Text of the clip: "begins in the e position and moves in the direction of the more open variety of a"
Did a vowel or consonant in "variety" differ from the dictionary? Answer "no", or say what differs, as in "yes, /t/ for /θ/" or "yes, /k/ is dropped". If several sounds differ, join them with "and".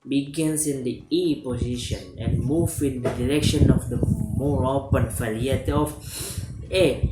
yes, /f/ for /v/